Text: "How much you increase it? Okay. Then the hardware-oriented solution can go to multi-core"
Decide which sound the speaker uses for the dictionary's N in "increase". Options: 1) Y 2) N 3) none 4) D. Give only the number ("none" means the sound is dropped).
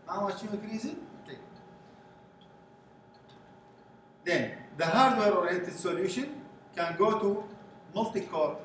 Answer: 3